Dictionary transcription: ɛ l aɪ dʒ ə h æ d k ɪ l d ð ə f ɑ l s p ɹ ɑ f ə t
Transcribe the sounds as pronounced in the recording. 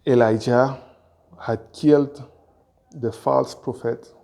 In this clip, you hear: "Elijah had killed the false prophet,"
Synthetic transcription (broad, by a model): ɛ l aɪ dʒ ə h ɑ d k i l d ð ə f ɑ l s p ɹ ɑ f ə t